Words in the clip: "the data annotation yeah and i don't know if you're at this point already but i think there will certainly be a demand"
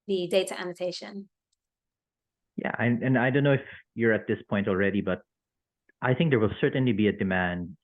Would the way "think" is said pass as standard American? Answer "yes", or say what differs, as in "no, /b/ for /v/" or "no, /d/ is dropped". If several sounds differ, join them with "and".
yes